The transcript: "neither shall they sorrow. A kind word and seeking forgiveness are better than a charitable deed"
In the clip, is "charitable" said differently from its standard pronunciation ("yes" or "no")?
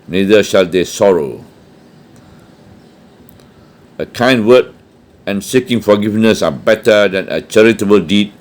no